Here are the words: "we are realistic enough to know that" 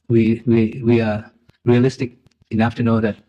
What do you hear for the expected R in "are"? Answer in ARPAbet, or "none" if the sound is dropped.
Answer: W